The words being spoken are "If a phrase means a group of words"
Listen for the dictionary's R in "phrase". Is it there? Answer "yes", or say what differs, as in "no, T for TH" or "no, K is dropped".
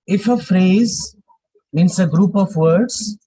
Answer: yes